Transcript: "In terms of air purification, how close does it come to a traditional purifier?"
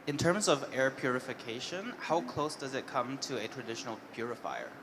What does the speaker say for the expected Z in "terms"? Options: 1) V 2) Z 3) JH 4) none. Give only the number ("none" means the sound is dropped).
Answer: 2